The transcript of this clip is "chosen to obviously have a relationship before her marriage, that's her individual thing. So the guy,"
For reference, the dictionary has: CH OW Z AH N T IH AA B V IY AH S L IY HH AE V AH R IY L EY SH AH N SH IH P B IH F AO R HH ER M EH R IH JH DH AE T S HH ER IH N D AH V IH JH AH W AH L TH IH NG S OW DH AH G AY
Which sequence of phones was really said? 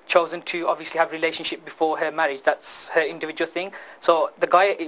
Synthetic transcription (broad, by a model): CH OW Z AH N T IH AA B V IY AH S L IY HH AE V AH R IY L EY SH AH N SH IH P B IH F AO R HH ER M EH R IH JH DH AE T S HH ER IH N D AH V IH JH AH W AH L TH IH NG S OW DH AH G AY